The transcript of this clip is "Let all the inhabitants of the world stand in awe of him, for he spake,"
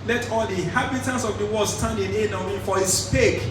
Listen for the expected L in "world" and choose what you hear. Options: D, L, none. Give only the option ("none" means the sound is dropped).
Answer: none